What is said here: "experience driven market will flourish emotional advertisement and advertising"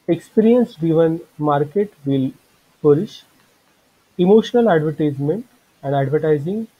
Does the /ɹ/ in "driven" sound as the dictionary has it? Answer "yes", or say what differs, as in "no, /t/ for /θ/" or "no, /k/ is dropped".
no, /ɹ/ is dropped